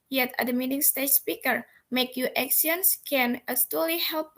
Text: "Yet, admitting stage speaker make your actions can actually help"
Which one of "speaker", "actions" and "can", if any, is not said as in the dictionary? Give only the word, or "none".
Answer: actions